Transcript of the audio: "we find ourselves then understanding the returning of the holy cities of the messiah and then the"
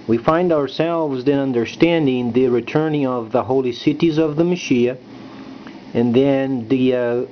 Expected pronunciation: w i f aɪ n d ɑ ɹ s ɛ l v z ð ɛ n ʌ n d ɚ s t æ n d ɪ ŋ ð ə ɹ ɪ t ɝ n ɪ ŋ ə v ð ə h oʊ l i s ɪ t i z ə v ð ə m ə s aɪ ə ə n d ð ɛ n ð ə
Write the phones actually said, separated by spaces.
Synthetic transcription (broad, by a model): w i f aɪ n d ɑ ɹ s ɛ l v z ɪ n ʌ n d ɚ s t æ n d ɪ ŋ ð ə ɹ ɪ t ɝ n ɪ ŋ ə v ð ə h oʊ l i s ɪ t i z ə v ð ə m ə ʃ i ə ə n ð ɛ n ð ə